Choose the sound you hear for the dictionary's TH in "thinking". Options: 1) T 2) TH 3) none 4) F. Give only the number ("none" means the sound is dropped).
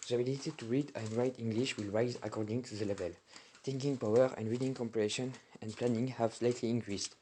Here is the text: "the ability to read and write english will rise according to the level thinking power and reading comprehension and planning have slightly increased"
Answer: 1